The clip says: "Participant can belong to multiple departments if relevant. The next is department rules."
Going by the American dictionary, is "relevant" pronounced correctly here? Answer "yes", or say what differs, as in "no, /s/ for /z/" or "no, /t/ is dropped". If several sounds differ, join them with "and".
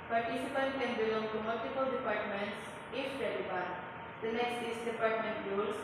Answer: no, /n/ is dropped